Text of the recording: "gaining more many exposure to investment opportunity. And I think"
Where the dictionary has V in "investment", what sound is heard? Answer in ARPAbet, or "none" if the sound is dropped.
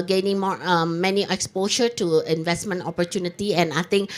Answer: V